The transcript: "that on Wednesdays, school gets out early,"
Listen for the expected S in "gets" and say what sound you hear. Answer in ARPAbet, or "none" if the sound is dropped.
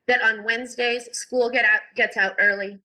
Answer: S